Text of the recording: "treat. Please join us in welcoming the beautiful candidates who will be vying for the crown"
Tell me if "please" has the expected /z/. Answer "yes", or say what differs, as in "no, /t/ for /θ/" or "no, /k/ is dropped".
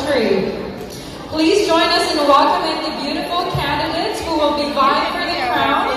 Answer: yes